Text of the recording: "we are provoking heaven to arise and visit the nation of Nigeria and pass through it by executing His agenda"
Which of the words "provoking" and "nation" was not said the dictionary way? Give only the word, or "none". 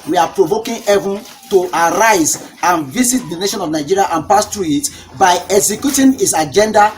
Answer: none